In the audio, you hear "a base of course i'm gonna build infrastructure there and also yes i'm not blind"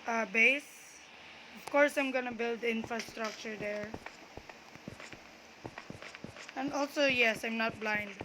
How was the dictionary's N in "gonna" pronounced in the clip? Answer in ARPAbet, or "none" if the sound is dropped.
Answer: N